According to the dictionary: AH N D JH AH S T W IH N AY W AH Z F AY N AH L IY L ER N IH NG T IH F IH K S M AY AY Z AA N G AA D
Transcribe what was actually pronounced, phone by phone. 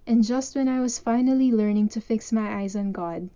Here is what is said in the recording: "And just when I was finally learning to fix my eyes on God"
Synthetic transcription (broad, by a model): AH N JH AH S T W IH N AY W AH Z F AY N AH L IY L ER N IH NG T IH F IH K S M AY AY Z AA N G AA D